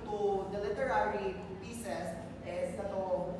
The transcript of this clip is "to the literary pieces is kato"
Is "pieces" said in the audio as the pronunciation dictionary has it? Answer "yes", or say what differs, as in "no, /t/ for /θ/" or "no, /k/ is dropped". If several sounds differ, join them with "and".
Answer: no, /s/ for /z/